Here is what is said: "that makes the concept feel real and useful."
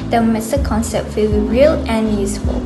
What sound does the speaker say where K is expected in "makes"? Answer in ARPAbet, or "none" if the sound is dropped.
none